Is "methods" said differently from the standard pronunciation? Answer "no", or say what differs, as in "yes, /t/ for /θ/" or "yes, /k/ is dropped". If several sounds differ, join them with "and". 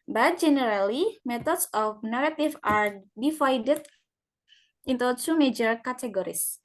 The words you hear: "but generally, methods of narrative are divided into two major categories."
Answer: yes, /t/ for /θ/